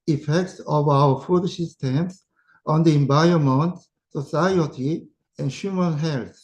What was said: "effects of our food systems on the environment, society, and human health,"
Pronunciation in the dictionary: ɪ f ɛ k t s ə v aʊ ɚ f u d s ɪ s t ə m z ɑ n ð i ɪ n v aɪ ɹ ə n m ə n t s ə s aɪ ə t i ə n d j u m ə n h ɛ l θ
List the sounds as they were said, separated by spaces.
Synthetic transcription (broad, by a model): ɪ f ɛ k t s ə v aʊ ɚ f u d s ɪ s t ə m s ɑ n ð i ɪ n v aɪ ə m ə n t s ə s aɪ ə t i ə n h j u m ə n h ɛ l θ